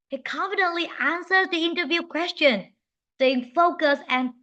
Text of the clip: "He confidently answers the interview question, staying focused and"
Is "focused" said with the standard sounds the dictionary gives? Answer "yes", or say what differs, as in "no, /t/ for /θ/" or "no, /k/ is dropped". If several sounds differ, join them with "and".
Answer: no, /t/ is dropped